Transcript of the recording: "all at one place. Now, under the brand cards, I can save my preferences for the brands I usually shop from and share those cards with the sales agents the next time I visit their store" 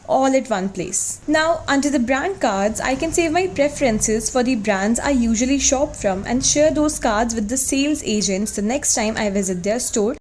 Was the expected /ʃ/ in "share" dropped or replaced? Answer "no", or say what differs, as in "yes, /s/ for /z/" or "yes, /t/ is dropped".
no